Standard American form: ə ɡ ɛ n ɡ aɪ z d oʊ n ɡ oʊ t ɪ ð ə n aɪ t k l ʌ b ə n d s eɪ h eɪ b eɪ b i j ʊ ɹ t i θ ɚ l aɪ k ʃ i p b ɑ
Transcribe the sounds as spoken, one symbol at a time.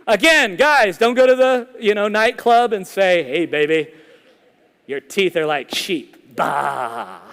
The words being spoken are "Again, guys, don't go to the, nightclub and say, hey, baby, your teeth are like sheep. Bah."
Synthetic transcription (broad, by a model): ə ɡ ɛ n ɡ aɪ z d oʊ n ɡ oʊ t ɪ ð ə n aɪ t k l ʌ b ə n s eɪ h eɪ b eɪ b i j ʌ ɹ t i θ ɚ l aɪ k ʃ i p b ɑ